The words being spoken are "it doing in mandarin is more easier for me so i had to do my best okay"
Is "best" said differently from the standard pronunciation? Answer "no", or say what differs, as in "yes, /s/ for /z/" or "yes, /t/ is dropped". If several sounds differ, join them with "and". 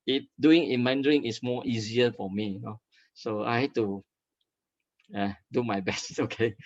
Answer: no